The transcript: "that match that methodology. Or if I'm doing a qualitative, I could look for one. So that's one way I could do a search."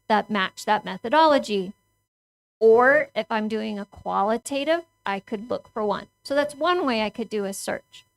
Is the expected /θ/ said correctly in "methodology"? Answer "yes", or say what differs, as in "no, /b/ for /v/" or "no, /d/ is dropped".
yes